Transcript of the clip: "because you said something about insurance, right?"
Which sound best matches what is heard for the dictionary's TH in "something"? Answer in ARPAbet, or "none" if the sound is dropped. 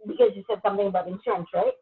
TH